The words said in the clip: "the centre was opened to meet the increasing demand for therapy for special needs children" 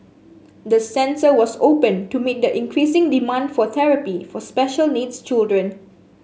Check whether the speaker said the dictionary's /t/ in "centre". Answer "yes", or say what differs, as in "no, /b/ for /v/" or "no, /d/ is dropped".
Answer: no, /s/ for /t/